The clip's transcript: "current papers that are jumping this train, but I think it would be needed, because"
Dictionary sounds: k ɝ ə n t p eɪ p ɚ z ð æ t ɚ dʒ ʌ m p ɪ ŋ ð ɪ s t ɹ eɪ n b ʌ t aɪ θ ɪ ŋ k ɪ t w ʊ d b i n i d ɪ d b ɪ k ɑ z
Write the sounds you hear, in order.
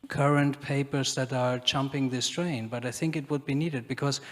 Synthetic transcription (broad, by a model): k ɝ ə n t p eɪ p ɚ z ð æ t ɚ tʃ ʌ m p ɪ ŋ ð ɪ s t ɹ eɪ n b ʌ t aɪ θ ɪ ŋ k ɪ t w ʊ d b i n i d ɪ d b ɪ k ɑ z